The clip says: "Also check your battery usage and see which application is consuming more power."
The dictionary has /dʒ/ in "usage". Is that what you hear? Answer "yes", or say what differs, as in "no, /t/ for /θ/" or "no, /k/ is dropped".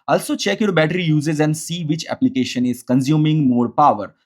no, /z/ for /dʒ/